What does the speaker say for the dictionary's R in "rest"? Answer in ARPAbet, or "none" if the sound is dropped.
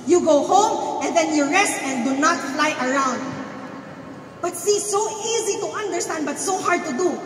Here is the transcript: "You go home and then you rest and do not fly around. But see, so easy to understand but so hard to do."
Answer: R